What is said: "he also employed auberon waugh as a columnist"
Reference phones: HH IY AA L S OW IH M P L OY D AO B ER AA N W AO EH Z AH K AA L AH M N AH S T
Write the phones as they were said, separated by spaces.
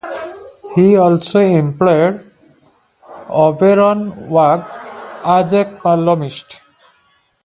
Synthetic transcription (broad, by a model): HH IY AA L S OW IH M P L OY D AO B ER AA N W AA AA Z AH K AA L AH M AH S T